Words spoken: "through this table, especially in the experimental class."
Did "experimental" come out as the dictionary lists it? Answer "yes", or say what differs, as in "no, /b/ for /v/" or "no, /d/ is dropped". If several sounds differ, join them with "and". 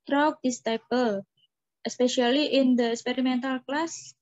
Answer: yes